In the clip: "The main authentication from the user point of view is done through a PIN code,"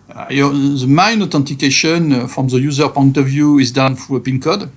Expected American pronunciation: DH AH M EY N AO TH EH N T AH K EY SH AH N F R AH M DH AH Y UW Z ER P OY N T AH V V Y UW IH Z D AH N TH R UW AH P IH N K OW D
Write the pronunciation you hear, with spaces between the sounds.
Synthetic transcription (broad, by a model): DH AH M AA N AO T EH N T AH K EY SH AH N F R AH M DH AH Y UW Z ER P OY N T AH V V Y UW IH Z D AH N F R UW AH P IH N K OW D